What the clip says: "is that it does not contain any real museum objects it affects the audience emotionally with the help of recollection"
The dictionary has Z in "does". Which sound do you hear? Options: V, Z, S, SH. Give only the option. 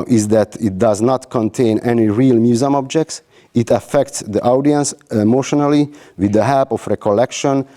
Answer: Z